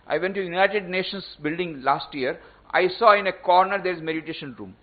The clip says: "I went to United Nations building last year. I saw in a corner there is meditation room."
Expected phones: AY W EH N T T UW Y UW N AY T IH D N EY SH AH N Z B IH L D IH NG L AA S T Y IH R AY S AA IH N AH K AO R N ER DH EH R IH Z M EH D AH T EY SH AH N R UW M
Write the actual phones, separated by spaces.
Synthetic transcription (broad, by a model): AY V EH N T T UW Y UW N AY T IH D N EY SH AH N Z B IH L D IH NG L AA S T Y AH R AY S AA IH N AH K AO R N ER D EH R IH Z M EH D AH T EY SH AH N R UW M